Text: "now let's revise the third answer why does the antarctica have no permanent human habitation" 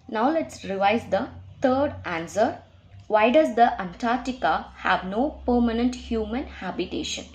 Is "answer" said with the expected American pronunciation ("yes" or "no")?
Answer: yes